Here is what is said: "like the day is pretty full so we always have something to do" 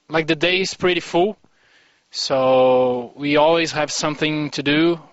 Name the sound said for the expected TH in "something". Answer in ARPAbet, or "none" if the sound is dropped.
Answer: TH